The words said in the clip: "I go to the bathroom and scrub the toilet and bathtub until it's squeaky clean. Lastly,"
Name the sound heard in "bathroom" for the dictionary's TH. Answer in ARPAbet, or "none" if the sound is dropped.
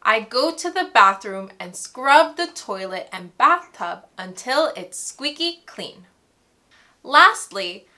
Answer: TH